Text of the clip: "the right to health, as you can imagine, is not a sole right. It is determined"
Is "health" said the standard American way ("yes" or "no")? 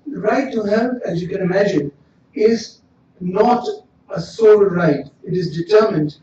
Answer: no